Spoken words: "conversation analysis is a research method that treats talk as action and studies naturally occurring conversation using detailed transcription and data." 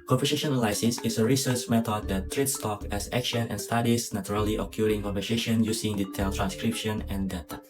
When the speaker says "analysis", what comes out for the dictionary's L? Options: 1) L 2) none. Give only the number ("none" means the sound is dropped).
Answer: 2